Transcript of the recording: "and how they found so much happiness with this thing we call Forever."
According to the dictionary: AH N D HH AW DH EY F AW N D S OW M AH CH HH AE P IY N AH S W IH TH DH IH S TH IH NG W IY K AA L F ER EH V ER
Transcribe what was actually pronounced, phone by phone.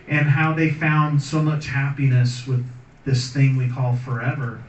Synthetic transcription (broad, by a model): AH N HH AW DH EY F AW N D S OW M AH CH HH AE P IY N AH S W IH DH IH S TH IH NG W IY K AA L F ER EH V ER